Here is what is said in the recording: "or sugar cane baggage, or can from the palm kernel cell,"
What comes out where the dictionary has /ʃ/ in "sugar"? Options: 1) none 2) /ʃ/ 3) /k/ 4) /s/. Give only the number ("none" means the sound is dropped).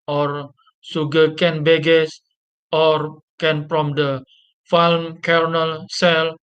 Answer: 4